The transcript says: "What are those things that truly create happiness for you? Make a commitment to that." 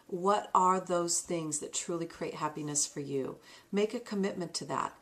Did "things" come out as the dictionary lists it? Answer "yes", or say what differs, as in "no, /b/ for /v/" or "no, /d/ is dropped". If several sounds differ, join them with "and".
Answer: yes